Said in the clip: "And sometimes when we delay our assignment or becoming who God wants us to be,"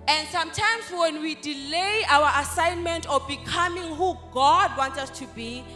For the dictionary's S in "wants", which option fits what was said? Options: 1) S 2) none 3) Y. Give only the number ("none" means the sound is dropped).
2